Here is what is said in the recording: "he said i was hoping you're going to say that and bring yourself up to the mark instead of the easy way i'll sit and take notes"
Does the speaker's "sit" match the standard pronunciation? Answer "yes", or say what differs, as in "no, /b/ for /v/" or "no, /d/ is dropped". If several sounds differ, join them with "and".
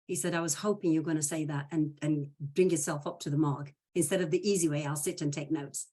yes